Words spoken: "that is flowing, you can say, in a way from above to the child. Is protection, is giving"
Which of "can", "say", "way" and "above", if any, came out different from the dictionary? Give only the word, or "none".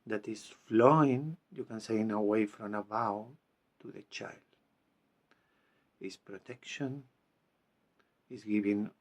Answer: above